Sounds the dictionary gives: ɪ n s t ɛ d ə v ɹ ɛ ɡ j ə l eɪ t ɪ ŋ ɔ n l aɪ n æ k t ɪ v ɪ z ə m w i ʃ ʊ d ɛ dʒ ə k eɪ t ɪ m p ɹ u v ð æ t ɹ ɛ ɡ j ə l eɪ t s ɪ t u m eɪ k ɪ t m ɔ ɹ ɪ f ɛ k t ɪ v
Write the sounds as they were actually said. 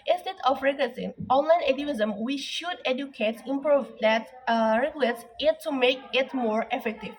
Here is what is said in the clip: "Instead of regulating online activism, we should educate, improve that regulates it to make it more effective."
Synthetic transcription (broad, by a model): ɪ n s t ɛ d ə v ɹ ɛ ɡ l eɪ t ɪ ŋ ɔ n l aɪ n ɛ t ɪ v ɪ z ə m w i ʃ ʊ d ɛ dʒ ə k eɪ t ɪ m p ɹ u v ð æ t ɹ ɛ ɡ j ə l eɪ t s ɪ t u m eɪ k ɪ t m ɔ ɹ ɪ f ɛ k t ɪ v